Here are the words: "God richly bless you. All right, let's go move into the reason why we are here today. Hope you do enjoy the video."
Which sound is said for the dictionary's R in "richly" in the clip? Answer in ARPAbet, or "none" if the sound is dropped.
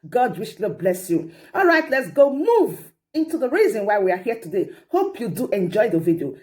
W